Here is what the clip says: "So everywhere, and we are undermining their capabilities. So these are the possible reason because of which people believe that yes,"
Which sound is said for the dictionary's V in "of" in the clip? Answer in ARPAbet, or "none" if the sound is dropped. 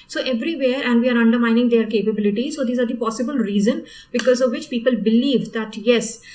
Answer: V